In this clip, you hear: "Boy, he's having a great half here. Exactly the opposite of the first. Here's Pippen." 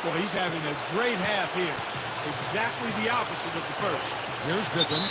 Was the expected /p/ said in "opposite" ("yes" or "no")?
yes